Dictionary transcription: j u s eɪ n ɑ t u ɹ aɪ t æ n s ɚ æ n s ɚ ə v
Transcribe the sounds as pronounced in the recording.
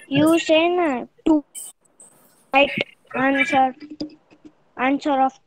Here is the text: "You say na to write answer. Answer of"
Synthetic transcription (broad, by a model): j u s eɪ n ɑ t u l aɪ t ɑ n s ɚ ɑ n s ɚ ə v